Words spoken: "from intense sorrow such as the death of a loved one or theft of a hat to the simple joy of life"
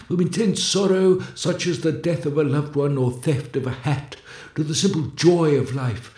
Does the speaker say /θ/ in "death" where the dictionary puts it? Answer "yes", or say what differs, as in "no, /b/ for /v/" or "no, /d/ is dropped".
yes